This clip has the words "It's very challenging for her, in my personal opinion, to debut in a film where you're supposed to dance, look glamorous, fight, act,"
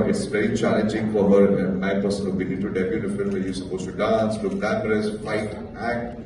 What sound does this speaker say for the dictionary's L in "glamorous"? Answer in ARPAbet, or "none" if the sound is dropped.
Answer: N